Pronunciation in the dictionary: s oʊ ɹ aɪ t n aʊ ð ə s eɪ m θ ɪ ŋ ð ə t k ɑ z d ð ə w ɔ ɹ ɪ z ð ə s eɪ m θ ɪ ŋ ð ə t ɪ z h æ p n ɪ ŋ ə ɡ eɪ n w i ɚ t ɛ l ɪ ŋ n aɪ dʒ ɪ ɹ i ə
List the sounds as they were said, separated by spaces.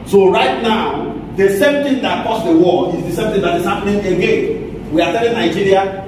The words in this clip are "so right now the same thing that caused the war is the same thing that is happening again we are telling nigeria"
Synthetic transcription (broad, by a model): s oʊ ɹ aɪ t n aʊ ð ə s eɪ m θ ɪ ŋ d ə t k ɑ s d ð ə w ɔ l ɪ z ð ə s eɪ m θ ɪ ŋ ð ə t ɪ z h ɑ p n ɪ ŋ ə ɡ eɪ n w i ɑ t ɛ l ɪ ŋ n aɪ dʒ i ɹ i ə